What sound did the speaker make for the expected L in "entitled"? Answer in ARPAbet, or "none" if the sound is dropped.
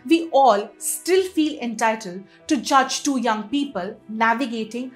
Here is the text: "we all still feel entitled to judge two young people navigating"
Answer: L